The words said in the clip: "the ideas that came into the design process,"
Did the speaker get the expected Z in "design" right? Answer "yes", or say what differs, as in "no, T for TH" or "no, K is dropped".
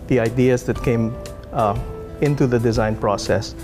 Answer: yes